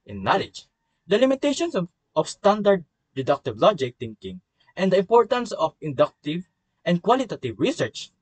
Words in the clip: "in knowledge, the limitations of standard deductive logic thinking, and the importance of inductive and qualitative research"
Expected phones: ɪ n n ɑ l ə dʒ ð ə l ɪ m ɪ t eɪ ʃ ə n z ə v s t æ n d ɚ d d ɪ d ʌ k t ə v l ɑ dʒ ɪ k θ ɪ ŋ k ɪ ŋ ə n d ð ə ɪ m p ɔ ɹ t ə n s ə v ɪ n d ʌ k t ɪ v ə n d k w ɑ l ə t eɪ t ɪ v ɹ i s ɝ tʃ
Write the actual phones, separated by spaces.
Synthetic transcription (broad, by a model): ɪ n n ɑ l ə dʒ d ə l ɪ m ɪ t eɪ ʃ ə n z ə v s t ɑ n d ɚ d d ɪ d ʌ k t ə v l ɑ dʒ ɪ k t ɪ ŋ k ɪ ŋ ə n d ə ɪ m p ɔ ɹ t ə n s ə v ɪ n d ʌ k t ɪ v ə n d k w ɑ l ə t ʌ t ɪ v ɹ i s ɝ tʃ